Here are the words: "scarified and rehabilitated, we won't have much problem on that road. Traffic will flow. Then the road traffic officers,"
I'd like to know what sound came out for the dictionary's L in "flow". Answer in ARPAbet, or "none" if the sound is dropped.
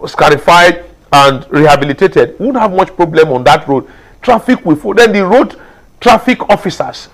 none